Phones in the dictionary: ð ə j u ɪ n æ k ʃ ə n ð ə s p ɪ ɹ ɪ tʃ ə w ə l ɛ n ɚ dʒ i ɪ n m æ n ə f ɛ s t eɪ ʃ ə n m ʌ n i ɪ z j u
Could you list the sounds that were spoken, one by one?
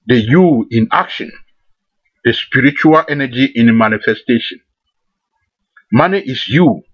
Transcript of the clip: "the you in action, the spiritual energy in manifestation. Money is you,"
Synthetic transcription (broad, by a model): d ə j u ɪ n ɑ k ʃ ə n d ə s p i ɹ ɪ tʃ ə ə l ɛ n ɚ dʒ i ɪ n m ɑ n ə f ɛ s t eɪ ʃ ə n m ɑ n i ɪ s j u